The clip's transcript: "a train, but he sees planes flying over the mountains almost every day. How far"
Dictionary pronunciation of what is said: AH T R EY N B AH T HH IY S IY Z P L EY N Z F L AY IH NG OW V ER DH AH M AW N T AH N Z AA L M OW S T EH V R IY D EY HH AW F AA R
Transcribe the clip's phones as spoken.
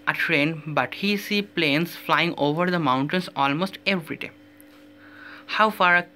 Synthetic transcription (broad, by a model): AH T R EY N B AH T HH IY S IY P L EY N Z F L AY IH NG OW V ER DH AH M AW N T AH N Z AA L M OW S T EH V R IY D EY HH AW F AA R